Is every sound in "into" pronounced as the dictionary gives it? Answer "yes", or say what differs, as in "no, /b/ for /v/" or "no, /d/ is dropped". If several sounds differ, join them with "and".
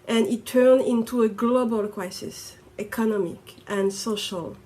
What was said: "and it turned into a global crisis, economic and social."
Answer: yes